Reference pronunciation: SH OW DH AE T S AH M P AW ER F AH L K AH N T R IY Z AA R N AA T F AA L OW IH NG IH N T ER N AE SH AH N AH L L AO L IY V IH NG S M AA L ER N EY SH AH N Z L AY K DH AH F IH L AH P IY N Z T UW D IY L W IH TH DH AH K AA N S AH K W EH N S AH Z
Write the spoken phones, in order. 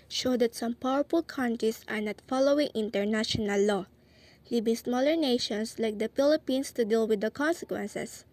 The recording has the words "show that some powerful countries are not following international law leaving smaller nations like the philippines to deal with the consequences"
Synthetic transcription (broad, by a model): SH OW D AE T S AH M P AW ER F AH L K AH N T R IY S AA R N AA T F AA L OW IH NG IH N T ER N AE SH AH N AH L L AO L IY B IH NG S M AA L ER N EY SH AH N S L AY K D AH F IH L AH P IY N S T UW D IY L W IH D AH K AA N S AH K W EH N S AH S